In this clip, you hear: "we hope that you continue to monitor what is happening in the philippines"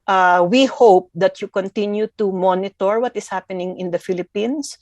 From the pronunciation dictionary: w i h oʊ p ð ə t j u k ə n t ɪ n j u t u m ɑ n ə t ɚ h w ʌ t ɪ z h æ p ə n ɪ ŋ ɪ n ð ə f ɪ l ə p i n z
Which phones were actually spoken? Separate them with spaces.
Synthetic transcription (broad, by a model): w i h oʊ p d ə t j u k ə n t ɪ n j u t u m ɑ n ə t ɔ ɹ w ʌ t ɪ s h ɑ p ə n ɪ ŋ ɪ n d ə f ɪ l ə p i n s